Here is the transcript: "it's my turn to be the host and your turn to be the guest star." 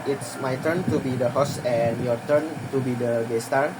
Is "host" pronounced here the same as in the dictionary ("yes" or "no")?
no